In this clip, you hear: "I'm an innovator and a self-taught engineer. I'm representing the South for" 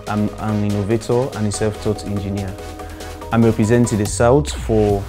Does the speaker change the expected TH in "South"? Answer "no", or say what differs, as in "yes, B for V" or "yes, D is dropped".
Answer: yes, T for TH